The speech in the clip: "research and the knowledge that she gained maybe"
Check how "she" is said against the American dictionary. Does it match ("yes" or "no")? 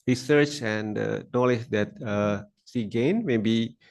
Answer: no